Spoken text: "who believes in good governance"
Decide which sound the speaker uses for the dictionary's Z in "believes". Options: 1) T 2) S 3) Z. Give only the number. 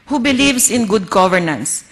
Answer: 2